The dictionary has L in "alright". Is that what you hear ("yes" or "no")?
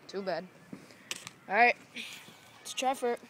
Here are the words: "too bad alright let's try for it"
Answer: no